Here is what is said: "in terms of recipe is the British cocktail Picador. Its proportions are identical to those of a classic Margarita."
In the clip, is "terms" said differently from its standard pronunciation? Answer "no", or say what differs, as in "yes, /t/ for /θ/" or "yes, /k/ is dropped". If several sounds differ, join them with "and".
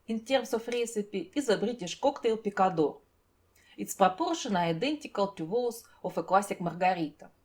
yes, /s/ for /z/